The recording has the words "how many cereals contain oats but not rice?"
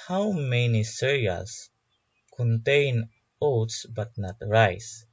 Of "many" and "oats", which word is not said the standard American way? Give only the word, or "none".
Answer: none